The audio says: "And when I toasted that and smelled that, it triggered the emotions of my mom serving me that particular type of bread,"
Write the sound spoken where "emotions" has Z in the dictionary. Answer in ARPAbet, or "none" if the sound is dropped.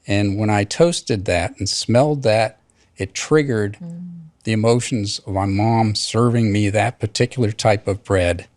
Z